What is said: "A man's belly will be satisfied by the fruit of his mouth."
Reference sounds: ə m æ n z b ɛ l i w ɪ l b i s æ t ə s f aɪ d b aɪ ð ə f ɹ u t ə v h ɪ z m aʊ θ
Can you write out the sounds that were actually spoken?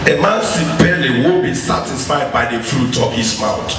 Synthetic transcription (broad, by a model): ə m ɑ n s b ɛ l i w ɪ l b i s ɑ t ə s f aɪ d b aɪ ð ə f ɹ u t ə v h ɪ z m aʊ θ